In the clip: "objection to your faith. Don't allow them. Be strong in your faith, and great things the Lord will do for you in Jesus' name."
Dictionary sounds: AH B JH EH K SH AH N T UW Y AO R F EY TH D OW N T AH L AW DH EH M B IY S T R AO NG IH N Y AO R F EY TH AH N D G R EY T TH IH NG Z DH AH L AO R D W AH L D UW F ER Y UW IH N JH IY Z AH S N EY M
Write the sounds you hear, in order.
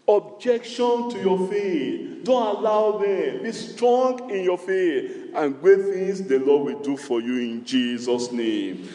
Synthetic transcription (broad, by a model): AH B JH EH K SH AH N T UW Y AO F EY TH D OW N T AH L AW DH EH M B IY S T R AO NG IH N Y AO F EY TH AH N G W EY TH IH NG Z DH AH L AO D W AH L D UW F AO Y UW IH N JH IY Z AH S N EY M